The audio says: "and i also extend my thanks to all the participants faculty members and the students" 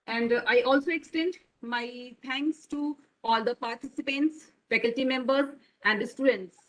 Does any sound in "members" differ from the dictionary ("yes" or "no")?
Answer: yes